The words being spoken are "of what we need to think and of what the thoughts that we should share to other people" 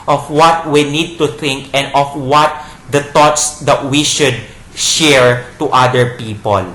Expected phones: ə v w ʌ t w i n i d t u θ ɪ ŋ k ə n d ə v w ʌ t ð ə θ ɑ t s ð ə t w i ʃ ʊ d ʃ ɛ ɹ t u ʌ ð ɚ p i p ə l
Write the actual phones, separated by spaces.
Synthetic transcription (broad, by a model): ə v w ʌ t w i n i d t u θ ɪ ŋ k ə n d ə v w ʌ t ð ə t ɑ t s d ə t w i ʃ ʊ d ʃ ɛ ɹ t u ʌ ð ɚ p i p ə l